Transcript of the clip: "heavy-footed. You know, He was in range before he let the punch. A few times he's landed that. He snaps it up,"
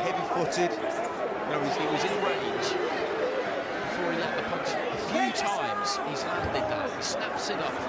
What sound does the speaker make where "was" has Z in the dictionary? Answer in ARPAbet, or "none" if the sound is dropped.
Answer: Z